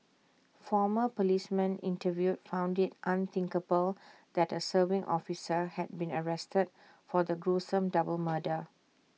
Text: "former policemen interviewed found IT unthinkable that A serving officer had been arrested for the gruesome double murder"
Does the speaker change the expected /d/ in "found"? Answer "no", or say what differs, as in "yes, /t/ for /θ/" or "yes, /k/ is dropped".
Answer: no